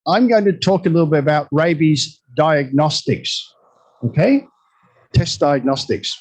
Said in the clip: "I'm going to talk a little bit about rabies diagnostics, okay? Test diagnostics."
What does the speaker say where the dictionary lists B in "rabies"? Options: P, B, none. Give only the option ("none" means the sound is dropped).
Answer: B